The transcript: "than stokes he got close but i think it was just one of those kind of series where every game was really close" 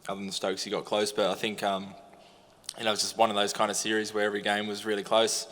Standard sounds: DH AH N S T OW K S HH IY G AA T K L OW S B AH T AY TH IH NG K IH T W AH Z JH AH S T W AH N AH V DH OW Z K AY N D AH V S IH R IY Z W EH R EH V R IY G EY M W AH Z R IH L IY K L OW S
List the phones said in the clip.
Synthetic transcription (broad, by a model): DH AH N S T OW K S HH IY G AA T K L OW S B AH T AY TH IH NG K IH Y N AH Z JH AH S T W AH N AH V DH OW Z K AY N D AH S IH R IY Z W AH R EH V R IY G EY M W AH Z R IH L IY K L OW S